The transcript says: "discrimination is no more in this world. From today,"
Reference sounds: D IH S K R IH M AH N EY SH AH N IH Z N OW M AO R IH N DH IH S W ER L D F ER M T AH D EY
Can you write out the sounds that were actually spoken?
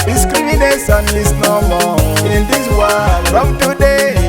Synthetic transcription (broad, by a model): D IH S K R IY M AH N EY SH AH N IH S N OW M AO IH N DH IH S W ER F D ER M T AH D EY